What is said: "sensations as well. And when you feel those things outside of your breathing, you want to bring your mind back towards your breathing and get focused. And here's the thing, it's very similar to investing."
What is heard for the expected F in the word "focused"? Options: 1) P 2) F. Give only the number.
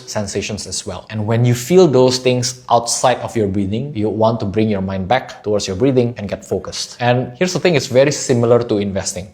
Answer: 2